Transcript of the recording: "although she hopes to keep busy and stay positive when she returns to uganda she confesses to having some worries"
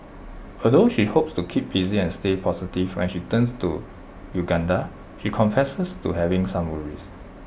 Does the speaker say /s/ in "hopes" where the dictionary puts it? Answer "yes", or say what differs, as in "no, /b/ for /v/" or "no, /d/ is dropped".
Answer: yes